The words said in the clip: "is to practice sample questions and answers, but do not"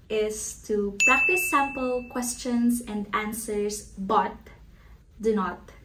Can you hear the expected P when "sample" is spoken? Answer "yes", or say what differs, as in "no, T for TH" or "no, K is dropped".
yes